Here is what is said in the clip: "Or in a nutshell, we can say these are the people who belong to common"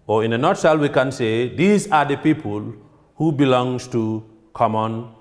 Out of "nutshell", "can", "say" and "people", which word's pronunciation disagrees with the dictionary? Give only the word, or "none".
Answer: nutshell